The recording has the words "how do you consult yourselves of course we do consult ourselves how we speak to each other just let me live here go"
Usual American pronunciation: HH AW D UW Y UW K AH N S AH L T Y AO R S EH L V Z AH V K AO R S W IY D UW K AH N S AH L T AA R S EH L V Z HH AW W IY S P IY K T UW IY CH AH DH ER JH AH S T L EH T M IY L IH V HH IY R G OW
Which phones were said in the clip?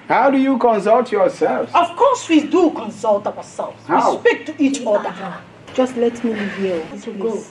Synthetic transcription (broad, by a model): HH AW D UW Y UW K AH N S AH L T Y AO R S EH L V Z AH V K AO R S W IY D UW K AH N S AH L T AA W S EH L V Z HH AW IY S P IY K T UW IY CH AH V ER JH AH S T L EH T M IY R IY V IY L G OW